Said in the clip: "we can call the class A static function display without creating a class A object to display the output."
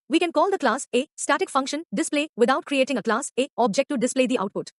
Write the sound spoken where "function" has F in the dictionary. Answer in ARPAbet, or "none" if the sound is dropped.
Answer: F